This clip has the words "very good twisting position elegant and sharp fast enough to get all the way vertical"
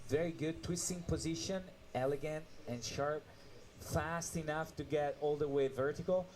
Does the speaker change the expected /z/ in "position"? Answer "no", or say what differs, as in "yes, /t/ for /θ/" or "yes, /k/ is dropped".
no